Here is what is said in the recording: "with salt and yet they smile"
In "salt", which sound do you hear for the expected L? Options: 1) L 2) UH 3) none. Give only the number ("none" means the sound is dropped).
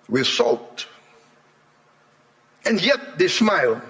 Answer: 1